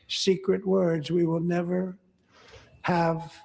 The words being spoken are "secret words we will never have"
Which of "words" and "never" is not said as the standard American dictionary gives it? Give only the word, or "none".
none